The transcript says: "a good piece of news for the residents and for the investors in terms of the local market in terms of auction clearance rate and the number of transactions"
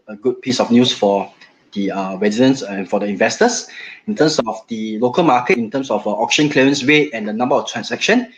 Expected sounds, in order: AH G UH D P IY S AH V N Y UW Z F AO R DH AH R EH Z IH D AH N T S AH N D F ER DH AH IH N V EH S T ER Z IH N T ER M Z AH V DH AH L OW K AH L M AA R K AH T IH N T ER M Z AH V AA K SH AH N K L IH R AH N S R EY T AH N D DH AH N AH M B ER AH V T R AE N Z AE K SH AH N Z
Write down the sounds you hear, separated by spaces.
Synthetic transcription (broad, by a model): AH G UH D P IY S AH F N Y UW S F AO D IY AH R EH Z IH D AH N S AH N F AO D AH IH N V EH S T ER S IH N T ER M S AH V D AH L OW K AH L M AA K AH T IH N T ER M S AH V AA K SH AH N K L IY R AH N S W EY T AH N D AH N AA M B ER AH F T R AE N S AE K SH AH N